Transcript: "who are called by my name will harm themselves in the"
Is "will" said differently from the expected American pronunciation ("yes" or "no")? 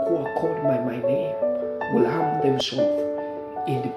no